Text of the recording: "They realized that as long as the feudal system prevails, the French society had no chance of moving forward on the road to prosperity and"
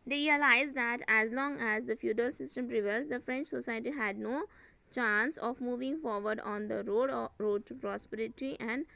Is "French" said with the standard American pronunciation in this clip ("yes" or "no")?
yes